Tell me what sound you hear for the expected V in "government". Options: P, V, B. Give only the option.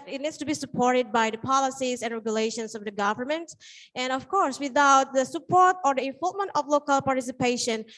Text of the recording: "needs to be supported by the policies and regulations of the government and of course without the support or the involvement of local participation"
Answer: V